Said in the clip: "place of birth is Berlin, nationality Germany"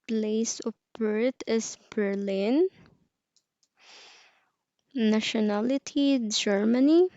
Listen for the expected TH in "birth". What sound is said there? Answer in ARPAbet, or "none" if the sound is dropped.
T